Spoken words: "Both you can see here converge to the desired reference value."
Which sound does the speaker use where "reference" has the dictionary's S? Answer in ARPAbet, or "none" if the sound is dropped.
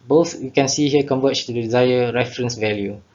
S